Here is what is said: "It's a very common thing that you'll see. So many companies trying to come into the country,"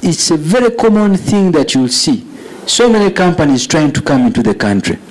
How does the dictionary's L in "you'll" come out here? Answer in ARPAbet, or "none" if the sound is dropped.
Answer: L